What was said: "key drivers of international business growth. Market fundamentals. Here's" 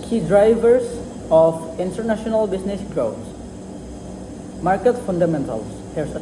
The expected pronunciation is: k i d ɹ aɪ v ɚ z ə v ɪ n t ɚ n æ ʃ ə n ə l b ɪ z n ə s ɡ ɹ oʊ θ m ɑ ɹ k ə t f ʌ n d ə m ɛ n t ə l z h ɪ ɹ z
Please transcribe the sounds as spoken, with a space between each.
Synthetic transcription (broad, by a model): k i d ɹ aɪ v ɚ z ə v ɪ n t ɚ n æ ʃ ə n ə l b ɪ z n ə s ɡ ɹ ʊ s m ɑ ɹ k ə t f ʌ n d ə m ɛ n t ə l s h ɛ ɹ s